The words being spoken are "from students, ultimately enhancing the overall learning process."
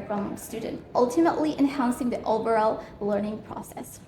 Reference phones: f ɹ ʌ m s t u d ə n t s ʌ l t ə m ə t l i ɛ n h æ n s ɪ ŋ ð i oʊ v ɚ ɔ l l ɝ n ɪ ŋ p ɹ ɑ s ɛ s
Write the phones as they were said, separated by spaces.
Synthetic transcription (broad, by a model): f ɹ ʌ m s t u d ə n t ʌ l t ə m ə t l i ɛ n h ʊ n s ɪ ŋ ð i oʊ b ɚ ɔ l l ɝ n ɪ ŋ p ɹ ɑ s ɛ s